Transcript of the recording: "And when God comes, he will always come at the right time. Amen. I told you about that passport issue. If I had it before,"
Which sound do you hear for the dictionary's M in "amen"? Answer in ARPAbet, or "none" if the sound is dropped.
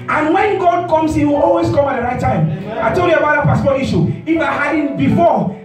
none